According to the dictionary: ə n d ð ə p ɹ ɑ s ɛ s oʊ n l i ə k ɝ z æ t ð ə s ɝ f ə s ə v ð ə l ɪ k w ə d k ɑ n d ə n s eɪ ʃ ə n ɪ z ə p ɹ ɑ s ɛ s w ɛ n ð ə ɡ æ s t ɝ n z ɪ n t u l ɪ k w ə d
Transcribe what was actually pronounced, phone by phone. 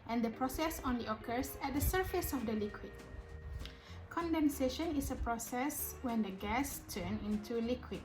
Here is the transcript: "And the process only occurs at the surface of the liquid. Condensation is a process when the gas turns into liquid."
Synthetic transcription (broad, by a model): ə n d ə p ɹ ɑ s ɛ s oʊ n l i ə k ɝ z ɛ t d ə s ɝ f ə s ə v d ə l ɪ k w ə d k ɑ n d ə n s eɪ ʃ ə n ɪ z ə p ɹ ɑ s ɛ s w ɛ n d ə ɡ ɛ s t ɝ n ɪ n t u l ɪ k w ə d